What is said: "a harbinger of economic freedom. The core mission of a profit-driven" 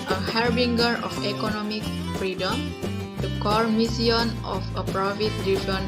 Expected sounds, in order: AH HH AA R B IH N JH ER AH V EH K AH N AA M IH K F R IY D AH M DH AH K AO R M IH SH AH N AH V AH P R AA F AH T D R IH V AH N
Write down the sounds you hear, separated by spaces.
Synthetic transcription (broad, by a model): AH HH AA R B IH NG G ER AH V EH K AH N AA M IH K F R IY D AH M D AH K AO R M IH S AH N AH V AH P R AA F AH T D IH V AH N